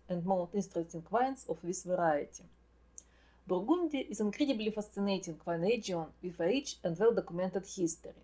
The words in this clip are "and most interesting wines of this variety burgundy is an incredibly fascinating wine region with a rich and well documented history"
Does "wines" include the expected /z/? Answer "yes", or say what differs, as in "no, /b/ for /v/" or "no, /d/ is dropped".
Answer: no, /s/ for /z/